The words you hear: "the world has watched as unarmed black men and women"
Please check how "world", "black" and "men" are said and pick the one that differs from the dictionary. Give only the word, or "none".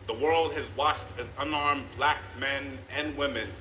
none